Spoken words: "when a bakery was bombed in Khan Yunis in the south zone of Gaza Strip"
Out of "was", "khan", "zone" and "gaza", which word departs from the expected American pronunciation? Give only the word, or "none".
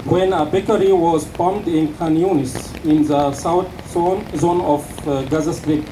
none